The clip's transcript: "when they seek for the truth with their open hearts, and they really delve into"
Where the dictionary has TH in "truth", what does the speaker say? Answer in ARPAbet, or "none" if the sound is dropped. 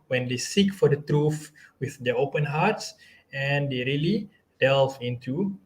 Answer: F